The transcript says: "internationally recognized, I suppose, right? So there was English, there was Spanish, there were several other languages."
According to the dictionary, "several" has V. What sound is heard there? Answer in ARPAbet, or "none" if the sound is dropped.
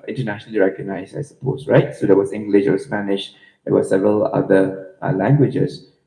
V